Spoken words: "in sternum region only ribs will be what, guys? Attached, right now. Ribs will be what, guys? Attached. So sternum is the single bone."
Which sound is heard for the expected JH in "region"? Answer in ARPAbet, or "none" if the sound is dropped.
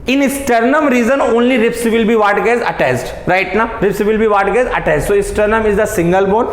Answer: Z